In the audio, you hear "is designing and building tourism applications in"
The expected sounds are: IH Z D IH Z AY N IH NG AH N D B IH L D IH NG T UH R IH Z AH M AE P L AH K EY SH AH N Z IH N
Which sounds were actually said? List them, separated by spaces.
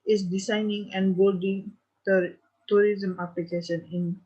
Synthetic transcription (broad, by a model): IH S D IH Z AY N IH NG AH N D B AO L D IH NG T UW R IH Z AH M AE P L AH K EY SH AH N IH N